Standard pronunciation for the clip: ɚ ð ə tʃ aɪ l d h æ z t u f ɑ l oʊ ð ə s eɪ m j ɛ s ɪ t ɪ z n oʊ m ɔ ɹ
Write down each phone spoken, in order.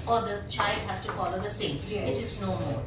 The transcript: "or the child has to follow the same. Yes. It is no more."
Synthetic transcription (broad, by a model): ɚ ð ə tʃ aɪ l d h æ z t u f ɑ l oʊ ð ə s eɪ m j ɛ ɪ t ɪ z n oʊ m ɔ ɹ